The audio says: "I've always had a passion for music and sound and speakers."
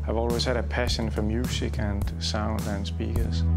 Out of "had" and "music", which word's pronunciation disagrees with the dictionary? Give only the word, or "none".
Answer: music